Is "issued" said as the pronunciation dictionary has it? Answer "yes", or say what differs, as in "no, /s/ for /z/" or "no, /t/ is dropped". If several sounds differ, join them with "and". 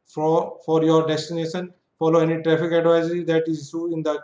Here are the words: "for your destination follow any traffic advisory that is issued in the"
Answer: no, /d/ is dropped